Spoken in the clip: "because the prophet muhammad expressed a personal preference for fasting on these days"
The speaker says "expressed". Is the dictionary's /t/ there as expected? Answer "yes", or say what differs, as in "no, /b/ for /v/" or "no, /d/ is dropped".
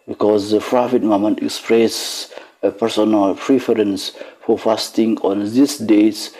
no, /t/ is dropped